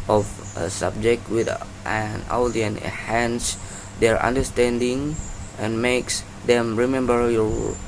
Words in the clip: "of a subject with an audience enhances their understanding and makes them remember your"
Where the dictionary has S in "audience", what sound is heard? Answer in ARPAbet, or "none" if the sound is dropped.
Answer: none